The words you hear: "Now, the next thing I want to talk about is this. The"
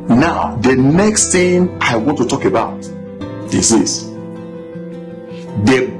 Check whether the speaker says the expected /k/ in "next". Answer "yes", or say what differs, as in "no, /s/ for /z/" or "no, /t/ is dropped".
yes